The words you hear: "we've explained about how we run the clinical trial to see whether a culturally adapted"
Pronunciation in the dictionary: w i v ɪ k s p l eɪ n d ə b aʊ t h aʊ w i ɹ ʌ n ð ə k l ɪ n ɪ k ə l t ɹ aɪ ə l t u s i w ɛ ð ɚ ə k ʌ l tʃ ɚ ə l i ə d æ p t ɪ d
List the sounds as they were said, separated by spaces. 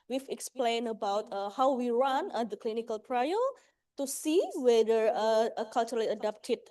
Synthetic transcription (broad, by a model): w i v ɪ k s p l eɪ n ə b aʊ t h aʊ w i ɹ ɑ n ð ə k l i n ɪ k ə l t ɹ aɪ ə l t u s i w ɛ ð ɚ ə k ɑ l tʃ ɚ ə l i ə d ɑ p t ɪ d